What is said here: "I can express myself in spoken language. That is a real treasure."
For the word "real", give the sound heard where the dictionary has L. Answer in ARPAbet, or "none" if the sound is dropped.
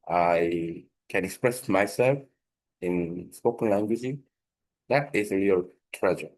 L